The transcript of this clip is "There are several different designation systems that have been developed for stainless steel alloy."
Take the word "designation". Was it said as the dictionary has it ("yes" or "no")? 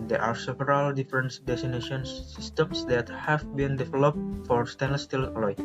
no